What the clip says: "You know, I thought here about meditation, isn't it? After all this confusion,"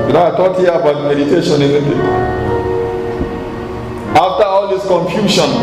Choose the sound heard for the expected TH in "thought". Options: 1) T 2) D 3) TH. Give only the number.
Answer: 1